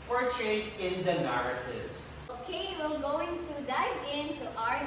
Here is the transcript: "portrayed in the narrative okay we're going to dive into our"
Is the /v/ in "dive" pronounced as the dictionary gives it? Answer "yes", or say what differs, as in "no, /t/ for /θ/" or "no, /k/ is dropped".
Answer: no, /v/ is dropped